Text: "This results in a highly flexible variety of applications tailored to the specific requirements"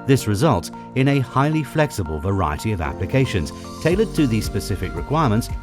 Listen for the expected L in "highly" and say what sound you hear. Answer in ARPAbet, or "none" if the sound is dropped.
L